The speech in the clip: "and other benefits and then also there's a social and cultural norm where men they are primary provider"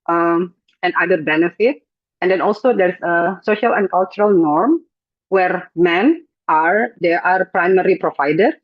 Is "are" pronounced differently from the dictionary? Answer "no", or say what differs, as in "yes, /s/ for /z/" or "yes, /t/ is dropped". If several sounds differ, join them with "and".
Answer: no